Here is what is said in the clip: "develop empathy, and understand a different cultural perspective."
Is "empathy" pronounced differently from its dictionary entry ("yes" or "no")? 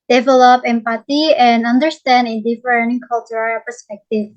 yes